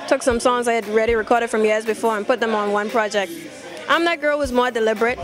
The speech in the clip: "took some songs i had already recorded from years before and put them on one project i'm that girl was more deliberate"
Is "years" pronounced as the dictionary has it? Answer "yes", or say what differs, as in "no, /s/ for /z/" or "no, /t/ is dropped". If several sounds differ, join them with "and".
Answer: yes